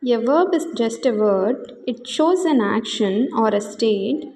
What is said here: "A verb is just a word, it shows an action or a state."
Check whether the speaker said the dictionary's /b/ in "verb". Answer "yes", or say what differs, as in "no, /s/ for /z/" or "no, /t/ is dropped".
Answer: yes